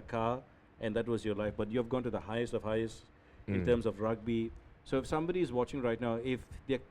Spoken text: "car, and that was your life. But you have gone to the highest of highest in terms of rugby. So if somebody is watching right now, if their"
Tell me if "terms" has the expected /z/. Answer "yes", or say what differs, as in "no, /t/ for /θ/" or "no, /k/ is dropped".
no, /s/ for /z/